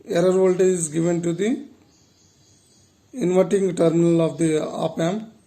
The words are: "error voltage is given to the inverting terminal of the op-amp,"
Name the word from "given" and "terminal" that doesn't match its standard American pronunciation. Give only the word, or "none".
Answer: none